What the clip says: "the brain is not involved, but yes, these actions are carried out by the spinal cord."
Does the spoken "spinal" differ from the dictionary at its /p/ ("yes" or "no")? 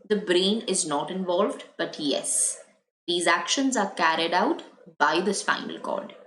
yes